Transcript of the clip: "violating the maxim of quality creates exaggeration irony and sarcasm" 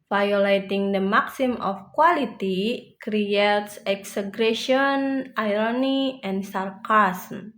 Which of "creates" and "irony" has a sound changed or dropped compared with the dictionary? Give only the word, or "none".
none